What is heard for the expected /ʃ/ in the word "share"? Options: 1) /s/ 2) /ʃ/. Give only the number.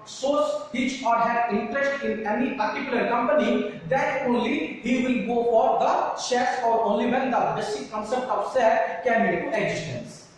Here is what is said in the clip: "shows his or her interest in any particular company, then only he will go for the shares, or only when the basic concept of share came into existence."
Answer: 1